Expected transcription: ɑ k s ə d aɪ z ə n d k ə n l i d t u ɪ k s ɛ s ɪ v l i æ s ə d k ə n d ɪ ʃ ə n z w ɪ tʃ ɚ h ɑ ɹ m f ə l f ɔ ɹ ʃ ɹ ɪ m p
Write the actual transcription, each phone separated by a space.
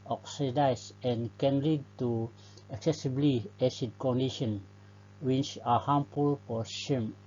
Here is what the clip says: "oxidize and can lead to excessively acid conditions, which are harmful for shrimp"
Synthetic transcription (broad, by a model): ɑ k s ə d aɪ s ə n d k ə n l i d t u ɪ k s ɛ s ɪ b l i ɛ s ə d k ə n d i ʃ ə n w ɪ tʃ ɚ h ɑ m p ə l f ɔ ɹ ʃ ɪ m